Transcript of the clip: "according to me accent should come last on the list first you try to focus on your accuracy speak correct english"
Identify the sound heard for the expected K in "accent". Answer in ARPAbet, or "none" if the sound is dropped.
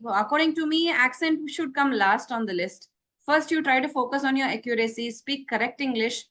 K